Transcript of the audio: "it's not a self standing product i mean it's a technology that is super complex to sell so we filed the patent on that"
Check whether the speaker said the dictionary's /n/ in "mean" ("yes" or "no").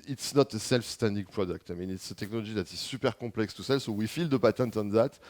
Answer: yes